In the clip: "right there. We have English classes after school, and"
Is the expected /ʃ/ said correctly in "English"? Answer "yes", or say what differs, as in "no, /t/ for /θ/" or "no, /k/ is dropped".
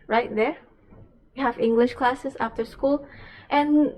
yes